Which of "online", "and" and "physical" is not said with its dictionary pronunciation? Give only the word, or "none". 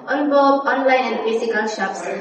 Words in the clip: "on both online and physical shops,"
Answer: physical